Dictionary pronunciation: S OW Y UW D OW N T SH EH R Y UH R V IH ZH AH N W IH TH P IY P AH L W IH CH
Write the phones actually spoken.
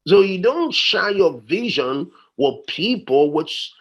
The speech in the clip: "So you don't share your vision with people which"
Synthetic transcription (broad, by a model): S OW Y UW D OW N T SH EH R Y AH R V IH ZH AH N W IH P IY P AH L W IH CH